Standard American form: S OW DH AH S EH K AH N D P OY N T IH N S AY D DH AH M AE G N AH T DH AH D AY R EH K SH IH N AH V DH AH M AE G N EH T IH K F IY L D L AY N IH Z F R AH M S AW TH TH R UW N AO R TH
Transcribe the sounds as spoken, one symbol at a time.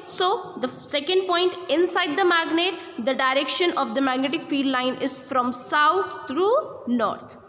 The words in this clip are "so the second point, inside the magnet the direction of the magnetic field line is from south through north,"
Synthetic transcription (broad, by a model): S OW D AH S EH K AH N D P OY N T IH N S AY D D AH M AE G N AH T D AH D AY R EH K SH IH N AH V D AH M AE G N EH T IH K F IY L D L AY N IH Z F R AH M S AW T R UW N AO R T